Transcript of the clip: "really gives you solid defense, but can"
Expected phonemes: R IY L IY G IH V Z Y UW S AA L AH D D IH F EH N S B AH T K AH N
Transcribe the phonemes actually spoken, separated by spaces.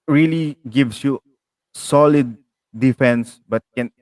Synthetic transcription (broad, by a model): R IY L IY G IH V S Y UW S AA L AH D D IH F EH N S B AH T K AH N